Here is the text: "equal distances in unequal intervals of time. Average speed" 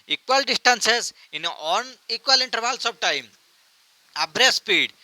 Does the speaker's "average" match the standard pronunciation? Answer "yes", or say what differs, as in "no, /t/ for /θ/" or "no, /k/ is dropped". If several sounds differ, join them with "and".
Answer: no, /b/ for /v/